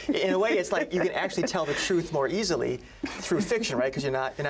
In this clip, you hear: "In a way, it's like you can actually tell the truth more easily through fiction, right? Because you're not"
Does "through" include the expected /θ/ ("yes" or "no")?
yes